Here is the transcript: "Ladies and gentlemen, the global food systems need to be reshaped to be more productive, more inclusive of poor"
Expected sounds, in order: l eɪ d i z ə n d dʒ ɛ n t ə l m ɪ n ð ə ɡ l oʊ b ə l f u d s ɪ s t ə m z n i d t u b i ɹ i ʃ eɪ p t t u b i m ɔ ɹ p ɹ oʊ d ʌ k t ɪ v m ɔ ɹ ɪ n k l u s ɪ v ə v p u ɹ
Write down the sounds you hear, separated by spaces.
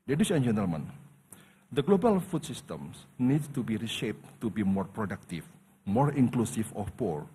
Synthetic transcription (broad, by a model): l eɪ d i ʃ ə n dʒ ɛ n t ə l m ɪ n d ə ɡ l oʊ b ə l f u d s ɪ s t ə m s n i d t u b i ɹ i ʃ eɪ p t t u b i m ɔ ɹ p ɹ oʊ d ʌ k t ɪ f m ɔ ɹ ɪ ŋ k l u s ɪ f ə f p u ɹ